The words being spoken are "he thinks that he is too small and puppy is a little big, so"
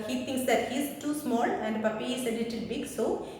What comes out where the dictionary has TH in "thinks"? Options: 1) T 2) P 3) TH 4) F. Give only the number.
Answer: 1